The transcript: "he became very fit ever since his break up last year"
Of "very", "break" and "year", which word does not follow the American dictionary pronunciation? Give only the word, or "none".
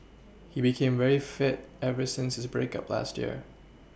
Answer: none